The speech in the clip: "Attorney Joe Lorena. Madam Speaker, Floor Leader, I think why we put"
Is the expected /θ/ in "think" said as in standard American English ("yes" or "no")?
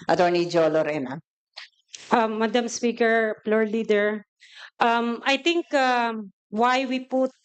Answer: no